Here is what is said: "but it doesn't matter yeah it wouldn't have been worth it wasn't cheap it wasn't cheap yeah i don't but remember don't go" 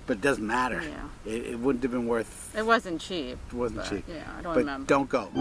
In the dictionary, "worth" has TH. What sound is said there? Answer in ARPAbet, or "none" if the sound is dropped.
TH